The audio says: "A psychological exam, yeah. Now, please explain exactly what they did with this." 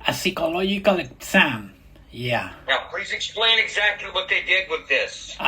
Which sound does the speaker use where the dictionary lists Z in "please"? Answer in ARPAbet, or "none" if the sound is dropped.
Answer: Z